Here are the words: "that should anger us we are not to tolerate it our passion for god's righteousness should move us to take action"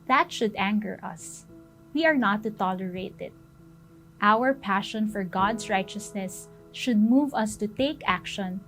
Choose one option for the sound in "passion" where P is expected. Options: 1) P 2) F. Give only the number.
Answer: 1